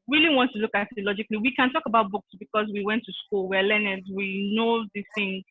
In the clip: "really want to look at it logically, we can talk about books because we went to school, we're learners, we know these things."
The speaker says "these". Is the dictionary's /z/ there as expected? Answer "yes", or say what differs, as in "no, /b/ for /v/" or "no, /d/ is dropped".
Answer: no, /z/ is dropped